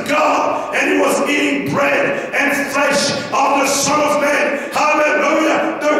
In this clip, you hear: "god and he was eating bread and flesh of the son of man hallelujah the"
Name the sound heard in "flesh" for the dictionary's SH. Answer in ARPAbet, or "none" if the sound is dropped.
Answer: SH